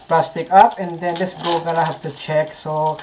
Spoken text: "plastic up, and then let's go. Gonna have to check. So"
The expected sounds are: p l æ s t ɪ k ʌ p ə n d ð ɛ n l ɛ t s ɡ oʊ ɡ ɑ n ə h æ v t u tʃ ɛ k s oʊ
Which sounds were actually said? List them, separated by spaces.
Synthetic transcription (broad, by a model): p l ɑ s t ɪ k ʌ p ə n d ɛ n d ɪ s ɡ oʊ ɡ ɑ l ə h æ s t u tʃ ɛ k s oʊ